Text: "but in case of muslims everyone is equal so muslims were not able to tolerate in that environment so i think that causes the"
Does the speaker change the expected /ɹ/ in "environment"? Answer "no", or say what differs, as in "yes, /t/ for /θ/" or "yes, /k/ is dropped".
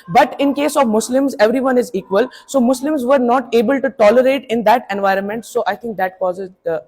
no